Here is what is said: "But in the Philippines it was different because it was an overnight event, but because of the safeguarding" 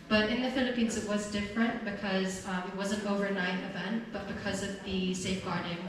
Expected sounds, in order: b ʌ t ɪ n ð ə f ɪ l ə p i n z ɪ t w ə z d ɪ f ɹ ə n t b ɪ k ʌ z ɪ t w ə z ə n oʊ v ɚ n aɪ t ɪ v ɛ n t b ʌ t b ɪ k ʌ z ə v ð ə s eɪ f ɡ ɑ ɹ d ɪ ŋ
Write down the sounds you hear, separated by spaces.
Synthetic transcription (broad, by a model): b ʌ t ɪ n ð ə f ɪ l ə p i n z ɪ t w ə z d ɪ f ɹ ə n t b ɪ k ʌ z ɪ t w ə z ə n oʊ v ɚ n aɪ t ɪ v ɛ n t b ʌ t b ɪ k ʌ z ə v ð ə s eɪ f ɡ ɑ ɹ d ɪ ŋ